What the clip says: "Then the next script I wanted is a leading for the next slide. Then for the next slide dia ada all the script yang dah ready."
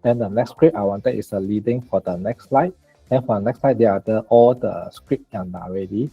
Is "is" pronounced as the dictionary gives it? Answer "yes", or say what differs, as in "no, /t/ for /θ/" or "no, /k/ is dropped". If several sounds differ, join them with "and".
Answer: no, /s/ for /z/